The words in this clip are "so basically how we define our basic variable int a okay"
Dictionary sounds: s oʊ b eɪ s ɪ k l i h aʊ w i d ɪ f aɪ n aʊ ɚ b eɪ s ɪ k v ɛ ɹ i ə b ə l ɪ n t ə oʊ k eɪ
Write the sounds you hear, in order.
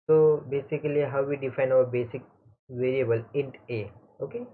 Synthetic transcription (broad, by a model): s oʊ b eɪ s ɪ k l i h aʊ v i d ɪ f aɪ n aʊ ɚ b eɪ s ɪ k v ɛ ɹ i ə b ə l ɪ n t ə oʊ k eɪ